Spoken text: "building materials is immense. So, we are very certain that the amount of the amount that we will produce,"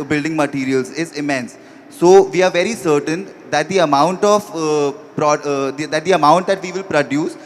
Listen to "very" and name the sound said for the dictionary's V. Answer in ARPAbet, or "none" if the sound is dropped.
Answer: V